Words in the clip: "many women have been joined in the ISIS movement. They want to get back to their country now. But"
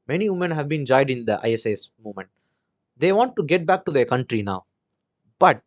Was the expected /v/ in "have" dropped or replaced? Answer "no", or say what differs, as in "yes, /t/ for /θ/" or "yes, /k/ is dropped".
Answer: no